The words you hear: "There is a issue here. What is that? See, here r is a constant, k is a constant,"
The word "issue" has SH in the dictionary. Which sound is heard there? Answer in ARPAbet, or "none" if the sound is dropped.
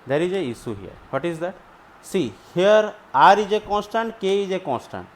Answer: S